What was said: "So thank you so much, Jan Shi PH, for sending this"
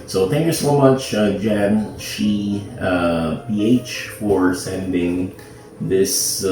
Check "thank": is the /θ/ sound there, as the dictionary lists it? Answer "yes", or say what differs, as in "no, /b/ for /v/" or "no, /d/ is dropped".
yes